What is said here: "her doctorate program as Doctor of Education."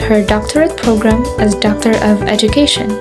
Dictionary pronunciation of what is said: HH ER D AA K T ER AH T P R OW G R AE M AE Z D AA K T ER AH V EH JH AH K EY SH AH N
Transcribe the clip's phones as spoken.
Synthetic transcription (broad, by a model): HH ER D AA K T ER AH T P R OW G R AE M AE Z D AA K T ER AH V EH JH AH K EY SH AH N